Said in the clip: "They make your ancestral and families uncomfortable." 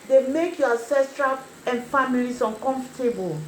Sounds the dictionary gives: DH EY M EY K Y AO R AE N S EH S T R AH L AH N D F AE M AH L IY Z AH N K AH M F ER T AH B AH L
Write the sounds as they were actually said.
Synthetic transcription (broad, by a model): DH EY M EY K Y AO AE S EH S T R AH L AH N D F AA M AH L IY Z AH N K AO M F T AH B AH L